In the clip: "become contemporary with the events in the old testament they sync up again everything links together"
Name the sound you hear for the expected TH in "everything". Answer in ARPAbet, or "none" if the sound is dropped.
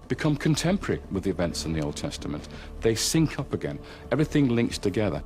TH